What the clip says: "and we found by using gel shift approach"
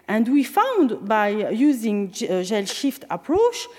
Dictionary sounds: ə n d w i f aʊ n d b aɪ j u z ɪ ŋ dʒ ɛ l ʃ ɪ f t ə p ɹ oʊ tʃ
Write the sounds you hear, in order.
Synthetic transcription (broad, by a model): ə n d w i f aʊ n d b aɪ j u z ɪ ŋ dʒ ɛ l ʃ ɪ f t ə p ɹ oʊ tʃ